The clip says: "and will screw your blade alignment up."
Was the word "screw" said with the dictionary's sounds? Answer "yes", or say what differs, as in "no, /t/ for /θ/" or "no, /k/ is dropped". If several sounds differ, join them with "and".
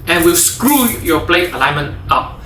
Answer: yes